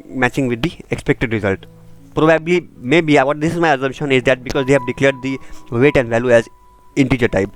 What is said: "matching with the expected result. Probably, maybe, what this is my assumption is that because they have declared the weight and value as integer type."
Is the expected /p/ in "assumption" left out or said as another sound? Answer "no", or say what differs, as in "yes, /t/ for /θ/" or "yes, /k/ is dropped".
yes, /p/ is dropped